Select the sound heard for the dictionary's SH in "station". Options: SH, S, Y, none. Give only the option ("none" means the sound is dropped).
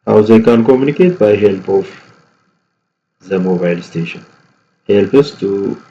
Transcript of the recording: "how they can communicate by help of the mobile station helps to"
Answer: SH